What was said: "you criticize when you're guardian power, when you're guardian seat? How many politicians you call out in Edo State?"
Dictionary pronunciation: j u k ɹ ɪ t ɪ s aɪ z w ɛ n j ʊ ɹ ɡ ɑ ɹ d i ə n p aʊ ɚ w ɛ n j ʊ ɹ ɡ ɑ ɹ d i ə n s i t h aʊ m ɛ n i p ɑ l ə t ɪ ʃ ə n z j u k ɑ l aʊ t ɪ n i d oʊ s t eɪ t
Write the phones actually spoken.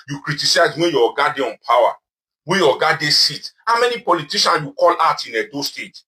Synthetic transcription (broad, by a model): j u k ɹ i t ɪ s aɪ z w ɛ n j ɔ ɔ ɡ ɑ d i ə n p aʊ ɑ w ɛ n j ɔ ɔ ɡ ɑ d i s i t h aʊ m ɛ n i p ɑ l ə t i ʃ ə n j u k ɑ l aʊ t ɪ n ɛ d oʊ s t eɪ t